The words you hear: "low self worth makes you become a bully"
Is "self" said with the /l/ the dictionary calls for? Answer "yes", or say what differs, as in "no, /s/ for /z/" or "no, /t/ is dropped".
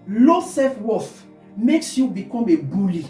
no, /l/ is dropped